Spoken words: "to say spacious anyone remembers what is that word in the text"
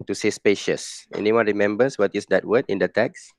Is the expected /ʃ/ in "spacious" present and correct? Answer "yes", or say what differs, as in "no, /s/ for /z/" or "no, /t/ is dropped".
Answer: yes